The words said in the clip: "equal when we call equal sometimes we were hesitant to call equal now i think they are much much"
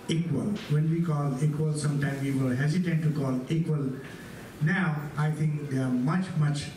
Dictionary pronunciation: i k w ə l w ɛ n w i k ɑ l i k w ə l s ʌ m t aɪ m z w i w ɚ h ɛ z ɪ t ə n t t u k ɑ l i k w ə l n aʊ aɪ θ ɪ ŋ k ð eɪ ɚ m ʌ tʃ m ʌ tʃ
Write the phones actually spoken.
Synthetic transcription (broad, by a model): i k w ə l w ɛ n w i k ɑ l i k w ə l s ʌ m t aɪ m w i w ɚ h ɛ z ɪ t ə n t t u k ɑ l i k w ə l n aʊ aɪ t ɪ ŋ k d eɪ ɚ m ʌ tʃ m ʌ tʃ